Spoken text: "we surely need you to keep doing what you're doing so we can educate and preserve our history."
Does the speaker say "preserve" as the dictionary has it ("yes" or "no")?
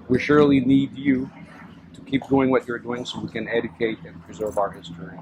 yes